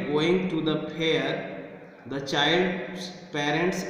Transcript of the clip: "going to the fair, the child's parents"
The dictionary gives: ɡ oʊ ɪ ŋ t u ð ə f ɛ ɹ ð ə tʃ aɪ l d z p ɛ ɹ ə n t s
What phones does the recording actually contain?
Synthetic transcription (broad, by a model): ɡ oʊ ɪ ŋ t u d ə p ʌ ɹ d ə tʃ aɪ l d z p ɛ ɹ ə n t s